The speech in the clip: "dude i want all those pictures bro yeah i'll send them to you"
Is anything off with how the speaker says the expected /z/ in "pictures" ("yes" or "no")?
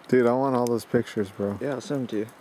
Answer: no